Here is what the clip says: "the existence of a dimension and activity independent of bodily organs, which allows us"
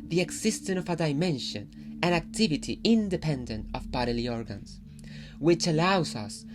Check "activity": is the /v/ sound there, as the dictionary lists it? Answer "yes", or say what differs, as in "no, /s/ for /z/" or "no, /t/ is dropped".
yes